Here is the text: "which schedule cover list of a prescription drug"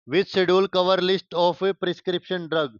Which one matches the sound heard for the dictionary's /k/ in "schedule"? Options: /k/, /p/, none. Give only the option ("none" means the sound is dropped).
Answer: none